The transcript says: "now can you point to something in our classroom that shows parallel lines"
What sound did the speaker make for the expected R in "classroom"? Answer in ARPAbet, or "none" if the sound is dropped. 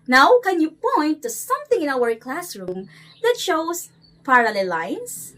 R